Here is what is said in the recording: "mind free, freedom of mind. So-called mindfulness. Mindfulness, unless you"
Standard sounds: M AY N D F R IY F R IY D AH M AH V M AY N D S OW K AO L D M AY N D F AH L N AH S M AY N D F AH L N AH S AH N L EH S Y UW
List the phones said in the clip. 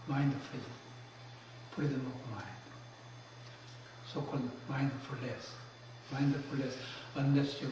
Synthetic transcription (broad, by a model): M AY N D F IY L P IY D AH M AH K M AY N D S OW K AO L D M AY N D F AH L AH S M AY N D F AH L AH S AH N EH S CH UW